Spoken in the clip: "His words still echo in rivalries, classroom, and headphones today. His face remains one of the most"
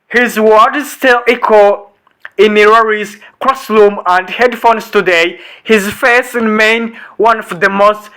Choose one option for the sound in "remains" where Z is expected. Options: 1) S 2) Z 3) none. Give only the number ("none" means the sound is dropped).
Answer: 3